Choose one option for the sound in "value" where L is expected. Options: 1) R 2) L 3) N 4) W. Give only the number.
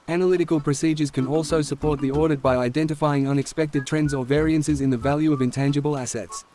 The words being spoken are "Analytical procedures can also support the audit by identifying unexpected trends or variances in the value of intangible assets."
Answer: 2